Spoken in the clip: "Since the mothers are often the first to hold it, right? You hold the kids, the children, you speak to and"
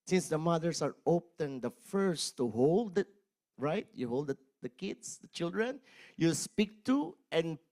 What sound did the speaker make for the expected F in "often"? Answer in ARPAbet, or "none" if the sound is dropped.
P